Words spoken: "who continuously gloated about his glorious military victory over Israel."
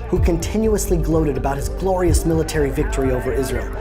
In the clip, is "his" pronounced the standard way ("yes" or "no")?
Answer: yes